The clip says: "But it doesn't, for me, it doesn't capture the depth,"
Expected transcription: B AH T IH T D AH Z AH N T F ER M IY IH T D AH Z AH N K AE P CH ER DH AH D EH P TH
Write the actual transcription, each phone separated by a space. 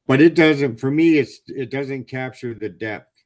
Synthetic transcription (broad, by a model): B AH T IH T D AH Z AH N T F ER M IY IH T D AH Z AH N K AE P CH ER DH AH D EH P TH